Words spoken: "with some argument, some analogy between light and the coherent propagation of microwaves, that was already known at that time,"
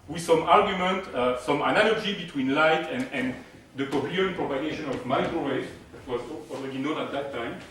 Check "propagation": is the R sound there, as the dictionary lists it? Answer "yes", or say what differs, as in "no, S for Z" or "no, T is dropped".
yes